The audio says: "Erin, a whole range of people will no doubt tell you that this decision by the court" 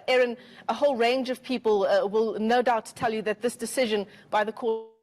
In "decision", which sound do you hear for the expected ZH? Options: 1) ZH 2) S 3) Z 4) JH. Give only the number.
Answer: 1